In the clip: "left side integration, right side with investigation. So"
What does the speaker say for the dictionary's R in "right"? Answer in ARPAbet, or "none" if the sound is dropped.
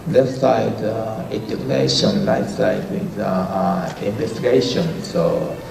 L